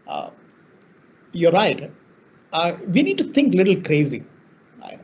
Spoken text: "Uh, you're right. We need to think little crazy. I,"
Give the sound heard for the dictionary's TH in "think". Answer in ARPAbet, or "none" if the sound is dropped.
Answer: T